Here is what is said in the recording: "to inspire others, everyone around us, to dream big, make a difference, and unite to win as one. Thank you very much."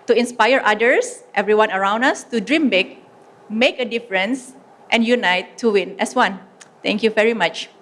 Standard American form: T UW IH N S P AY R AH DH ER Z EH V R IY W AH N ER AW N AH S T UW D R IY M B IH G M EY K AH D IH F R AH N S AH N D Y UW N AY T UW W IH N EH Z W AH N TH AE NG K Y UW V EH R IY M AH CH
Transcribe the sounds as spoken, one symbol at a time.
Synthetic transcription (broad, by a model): T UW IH N S P AY R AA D ER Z EH V R IY W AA N ER AW N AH S T UW D R IY M B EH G M EY K AH D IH F R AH N S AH N Y UW N AY T UW W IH N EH S W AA N T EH NG K Y UW V EH R IY M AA CH